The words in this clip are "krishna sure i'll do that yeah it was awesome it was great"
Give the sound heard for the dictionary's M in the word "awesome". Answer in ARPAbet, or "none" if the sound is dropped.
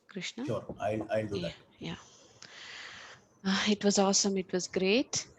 M